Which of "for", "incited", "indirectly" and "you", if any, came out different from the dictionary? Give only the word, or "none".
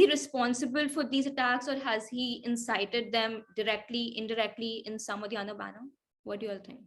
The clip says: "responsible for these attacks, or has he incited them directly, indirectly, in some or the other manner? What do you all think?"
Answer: none